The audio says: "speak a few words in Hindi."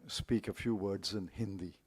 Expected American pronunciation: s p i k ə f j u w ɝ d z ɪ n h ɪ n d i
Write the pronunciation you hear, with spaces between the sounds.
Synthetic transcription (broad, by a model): s p i k ə f j u w ɝ d z ɪ n h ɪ n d i